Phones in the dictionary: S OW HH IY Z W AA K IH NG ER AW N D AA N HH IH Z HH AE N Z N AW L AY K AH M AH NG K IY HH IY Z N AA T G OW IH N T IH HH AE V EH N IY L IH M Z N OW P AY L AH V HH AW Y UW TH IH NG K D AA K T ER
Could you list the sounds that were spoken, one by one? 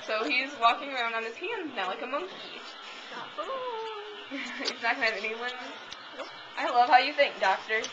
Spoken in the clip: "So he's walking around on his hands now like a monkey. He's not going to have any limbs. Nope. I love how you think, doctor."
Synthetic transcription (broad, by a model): S OW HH IY Z W AA K IH NG ER AW N D N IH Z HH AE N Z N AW L AY K AH M AH NG K IY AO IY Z N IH T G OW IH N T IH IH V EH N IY W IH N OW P AY L AH V HH AW Y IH TH IH NG K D AA K T ER